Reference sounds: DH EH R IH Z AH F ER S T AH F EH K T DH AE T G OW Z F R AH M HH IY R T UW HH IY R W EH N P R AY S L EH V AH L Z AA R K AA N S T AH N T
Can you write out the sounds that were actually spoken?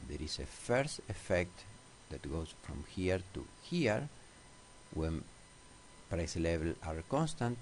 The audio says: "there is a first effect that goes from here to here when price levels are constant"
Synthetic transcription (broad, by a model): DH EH R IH S AH F ER S T AH F EH K T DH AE T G OW S F R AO M HH IY R T UW HH IY R W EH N P R AY S L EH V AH L AA R K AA N S T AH N T